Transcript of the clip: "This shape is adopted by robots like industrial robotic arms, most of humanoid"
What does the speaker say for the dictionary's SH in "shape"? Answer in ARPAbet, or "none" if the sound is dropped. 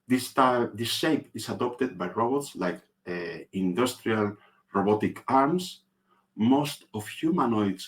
S